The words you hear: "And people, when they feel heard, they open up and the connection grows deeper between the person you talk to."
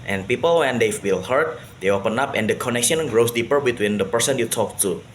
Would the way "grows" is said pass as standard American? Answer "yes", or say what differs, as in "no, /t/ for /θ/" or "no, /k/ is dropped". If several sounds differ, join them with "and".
no, /s/ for /z/